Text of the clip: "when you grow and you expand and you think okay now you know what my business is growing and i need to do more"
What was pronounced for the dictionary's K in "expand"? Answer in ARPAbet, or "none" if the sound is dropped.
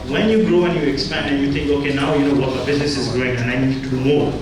K